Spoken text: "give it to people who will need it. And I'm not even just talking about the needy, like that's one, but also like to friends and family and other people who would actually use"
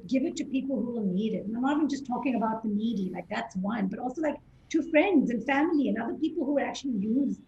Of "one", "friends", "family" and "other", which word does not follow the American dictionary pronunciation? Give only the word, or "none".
none